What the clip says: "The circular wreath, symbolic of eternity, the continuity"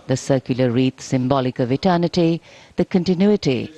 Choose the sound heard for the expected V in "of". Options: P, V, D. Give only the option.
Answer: V